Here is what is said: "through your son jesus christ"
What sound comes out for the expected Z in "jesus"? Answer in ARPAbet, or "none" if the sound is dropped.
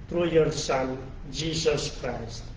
S